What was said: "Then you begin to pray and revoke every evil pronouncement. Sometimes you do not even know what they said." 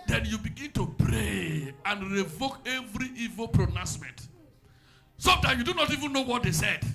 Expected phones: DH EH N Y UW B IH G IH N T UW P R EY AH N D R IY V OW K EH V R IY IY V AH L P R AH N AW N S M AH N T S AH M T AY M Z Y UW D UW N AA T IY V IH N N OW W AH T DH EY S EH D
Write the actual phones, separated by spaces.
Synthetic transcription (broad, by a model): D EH N Y UW B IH G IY N T UW P R EY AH N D R IY V OW K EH V R IY IY V AH L P R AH N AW S M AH N T S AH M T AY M Y UW D UW N AA T IY V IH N N OW W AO T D EY S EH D